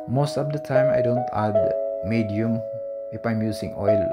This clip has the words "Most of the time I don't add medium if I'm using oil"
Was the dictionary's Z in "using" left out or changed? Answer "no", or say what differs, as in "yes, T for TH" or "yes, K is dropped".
yes, S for Z